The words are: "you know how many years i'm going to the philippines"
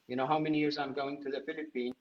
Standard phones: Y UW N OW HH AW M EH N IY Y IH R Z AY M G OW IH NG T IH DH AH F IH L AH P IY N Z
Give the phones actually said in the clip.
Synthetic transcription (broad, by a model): Y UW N OW HH AW M EH N IY Y IH R Z AY M G OW IH NG T IH DH AH F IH L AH P IY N